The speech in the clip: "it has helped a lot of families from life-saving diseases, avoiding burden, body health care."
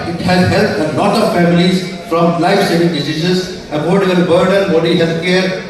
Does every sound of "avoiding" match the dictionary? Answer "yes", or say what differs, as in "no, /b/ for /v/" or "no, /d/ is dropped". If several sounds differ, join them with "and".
no, /p/ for /v/